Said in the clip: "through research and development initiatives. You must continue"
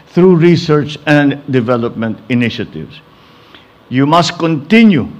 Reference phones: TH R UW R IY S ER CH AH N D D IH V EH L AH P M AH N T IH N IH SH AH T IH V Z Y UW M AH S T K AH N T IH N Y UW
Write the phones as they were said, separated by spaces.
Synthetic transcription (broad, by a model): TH R UW R IY S ER CH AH N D D IH V EH L AH P M AH N T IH N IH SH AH T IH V S Y UW M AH S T K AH N T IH N Y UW